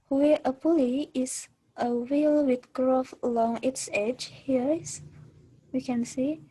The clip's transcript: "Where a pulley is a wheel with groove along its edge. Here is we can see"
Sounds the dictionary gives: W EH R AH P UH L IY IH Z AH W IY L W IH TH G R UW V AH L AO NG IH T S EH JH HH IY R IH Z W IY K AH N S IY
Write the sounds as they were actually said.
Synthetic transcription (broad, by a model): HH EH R AH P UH L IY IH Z AH W IY L W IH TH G R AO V AH L AO NG IH T S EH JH HH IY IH S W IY K AH N S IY